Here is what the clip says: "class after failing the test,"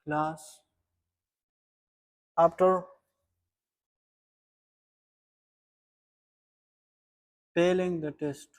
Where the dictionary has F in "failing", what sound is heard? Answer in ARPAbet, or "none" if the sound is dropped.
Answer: P